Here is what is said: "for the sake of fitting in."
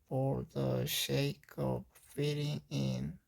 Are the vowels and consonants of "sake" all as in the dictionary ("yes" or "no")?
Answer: no